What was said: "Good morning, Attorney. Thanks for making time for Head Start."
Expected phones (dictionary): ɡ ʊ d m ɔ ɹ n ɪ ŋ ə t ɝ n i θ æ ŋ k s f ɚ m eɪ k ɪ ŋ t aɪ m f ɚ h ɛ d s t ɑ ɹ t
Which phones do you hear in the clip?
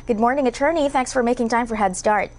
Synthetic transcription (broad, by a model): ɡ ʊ d m ɔ ɹ n ɪ ŋ ə t ɝ n i θ æ ŋ k s f ɚ m eɪ k ɪ ŋ t aɪ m f ɚ h ɛ d s t ɑ ɹ t